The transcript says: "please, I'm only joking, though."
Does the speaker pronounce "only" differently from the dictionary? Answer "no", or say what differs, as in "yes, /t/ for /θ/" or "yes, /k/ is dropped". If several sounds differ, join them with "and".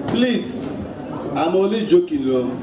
yes, /n/ is dropped